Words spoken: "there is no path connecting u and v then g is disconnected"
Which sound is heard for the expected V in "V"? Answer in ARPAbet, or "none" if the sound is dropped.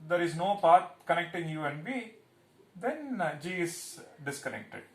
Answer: B